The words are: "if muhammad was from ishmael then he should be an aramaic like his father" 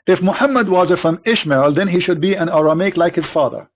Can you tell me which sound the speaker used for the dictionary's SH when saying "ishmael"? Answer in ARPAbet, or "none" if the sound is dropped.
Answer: SH